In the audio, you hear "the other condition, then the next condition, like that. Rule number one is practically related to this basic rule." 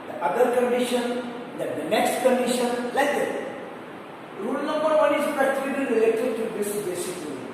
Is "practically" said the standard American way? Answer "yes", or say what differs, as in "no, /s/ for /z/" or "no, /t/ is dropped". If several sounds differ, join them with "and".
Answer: no, /ɹ/ is dropped